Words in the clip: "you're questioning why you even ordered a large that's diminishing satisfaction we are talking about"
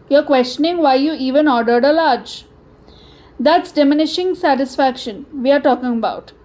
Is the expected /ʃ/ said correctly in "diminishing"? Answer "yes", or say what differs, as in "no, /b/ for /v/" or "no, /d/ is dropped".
yes